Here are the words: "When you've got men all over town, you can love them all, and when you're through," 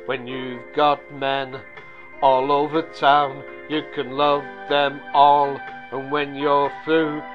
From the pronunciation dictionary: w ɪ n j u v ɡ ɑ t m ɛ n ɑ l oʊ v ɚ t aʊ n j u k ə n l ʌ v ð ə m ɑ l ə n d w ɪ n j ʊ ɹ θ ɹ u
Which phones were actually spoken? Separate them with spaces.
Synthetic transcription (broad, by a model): w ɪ n j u v ɡ ɑ t m ɛ n ɑ l oʊ v ɚ t aʊ n j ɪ k ə n l ʌ v ð ə m ɑ l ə n w ɪ n j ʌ ɹ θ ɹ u